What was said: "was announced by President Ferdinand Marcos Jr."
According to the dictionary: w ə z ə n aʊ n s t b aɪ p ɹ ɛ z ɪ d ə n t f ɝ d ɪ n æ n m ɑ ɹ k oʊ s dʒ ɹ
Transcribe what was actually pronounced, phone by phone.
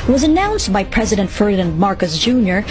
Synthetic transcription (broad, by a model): w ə z ə n aʊ n s t b aɪ p ɹ ɛ z ɪ d ə n t f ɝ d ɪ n n m ɑ ɹ k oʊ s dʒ ɹ